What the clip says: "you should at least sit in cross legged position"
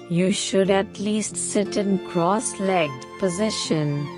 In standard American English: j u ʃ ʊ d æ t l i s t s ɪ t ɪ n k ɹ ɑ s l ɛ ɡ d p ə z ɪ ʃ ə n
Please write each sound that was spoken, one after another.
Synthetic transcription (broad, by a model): j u ʃ ʊ d æ t l i s t s ɪ t ɪ n k ɹ ɑ s l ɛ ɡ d p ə z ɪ ʃ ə n